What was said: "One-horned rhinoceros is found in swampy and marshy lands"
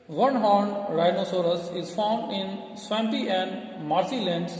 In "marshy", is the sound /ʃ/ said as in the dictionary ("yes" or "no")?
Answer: no